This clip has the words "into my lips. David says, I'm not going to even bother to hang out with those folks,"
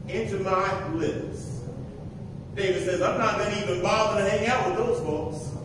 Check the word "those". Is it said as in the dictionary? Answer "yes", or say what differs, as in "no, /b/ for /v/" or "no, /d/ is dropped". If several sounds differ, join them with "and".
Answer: yes